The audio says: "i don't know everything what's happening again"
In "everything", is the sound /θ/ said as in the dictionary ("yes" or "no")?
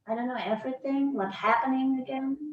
yes